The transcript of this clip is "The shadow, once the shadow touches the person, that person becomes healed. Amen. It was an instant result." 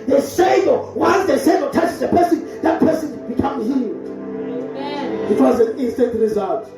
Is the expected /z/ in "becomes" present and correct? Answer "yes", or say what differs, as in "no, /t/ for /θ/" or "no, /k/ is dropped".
no, /z/ is dropped